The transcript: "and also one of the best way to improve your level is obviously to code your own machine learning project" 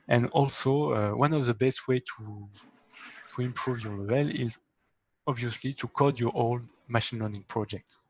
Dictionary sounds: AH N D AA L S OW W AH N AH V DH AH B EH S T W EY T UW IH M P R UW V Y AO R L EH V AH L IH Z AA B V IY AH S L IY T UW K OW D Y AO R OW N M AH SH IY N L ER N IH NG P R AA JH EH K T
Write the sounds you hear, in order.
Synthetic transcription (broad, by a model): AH N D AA L S OW W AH N AH V DH AH B EH S T W EY T UW IH M P R UW V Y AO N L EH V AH L IH Z AA B V IY AH S L IY T UW K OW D Y AO R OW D M AH SH IY N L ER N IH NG P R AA JH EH K T